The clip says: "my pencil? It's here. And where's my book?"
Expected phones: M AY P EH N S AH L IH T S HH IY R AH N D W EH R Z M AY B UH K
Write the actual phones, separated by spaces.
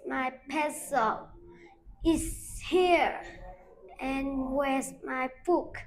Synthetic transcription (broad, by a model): M AY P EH S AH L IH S HH IY R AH N W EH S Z M AY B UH K